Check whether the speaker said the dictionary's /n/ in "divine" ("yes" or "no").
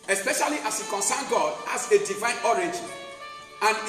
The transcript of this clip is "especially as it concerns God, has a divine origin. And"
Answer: yes